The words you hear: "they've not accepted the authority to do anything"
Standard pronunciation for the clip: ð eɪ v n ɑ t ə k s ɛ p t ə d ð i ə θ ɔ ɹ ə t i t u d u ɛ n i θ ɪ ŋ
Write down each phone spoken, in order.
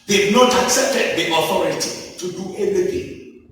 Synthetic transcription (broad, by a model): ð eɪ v n ɑ t ə k s ɛ p t ə d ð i ə θ ɔ ɹ ə t i t u d u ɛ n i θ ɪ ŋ